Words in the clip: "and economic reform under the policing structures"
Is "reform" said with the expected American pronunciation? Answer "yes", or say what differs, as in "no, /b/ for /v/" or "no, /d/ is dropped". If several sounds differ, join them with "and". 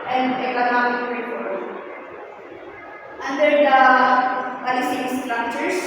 no, /p/ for /f/